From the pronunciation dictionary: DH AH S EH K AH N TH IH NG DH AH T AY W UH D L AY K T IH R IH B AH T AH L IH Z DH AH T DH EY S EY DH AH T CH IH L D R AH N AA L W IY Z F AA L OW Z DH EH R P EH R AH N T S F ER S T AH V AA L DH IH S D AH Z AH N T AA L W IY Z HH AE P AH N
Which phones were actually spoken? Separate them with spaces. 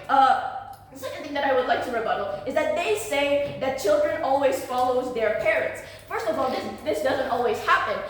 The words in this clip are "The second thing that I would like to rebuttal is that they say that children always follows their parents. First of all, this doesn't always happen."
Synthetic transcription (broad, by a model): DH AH S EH K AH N TH IH NG DH AH T AY W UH D L AY K T IH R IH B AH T L IH Z DH AH T DH EY S EY DH AH T CH IH L D R AH N AA L W IY Z F AA L OW Z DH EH R P EH R AH N T S F ER S T AH V AA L DH IH S D AH Z AH N T AA L W IY Z HH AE P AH N